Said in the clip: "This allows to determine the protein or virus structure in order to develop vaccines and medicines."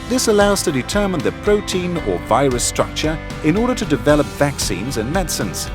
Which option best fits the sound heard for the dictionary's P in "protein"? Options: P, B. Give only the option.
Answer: P